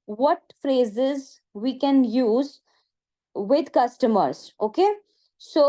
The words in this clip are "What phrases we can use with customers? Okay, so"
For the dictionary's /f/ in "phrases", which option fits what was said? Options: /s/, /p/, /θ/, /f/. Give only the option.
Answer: /f/